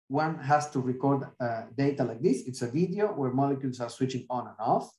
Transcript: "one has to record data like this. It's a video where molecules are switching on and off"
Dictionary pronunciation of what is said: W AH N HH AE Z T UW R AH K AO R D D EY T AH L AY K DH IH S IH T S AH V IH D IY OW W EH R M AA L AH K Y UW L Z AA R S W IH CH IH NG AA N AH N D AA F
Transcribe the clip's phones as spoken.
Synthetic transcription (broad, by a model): W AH N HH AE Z T UW R AH K AO R D D EY T AH L AY K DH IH S IH T S AH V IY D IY OW W EH R M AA L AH K Y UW L S AA R S W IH CH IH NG AA N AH N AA F